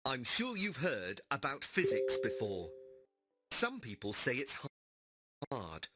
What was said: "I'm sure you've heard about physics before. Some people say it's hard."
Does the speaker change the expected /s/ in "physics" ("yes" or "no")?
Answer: no